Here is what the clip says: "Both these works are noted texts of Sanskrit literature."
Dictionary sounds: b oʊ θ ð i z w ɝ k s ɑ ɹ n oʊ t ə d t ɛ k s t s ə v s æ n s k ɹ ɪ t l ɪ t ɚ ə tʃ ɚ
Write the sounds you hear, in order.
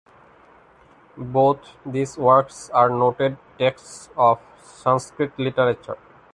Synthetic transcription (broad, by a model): b oʊ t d i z w ɝ k s ɑ ɹ n oʊ t ə d t ɛ k s t s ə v s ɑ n s k ɹ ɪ t l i t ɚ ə tʃ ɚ